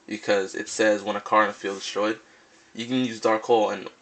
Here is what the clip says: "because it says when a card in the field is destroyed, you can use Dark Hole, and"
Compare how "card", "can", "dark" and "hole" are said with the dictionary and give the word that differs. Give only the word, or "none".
card